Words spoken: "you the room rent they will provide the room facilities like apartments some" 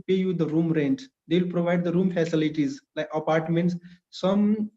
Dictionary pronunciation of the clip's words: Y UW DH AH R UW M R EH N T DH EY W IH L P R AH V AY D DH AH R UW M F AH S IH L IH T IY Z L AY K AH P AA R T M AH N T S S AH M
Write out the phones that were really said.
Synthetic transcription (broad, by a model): Y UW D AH R UW M R EH N T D EY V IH L P R AH V AY D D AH R UW M F AH S IH L IH T IY Z L AY K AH P AA R T M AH N T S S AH M